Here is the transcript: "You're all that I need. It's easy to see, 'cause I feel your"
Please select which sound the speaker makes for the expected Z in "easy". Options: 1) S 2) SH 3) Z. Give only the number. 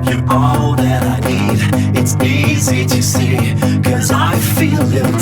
3